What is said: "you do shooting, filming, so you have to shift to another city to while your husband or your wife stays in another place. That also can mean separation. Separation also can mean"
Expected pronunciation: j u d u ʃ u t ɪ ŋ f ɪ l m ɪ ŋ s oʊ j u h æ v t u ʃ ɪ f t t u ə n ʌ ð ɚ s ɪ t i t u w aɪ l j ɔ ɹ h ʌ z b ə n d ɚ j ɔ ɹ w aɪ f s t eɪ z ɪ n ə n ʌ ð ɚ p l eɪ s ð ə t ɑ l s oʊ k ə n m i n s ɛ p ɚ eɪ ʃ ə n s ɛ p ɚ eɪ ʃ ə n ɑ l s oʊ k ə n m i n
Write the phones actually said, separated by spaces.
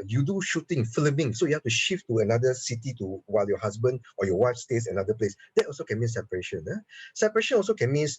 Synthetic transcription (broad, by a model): j u d u ʃ u t ɪ ŋ f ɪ l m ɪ ŋ s oʊ j u h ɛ f t u ʃ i f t t u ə n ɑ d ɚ s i t i t u w aɪ l j ɔ h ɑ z b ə n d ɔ j ɔ w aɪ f s t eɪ s ɪ n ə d ʌ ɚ p l eɪ s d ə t ɑ l s oʊ k ə n m i n s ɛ p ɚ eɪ ʃ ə n s ɛ p ɚ eɪ ʃ ə n ɑ l s oʊ k ə n m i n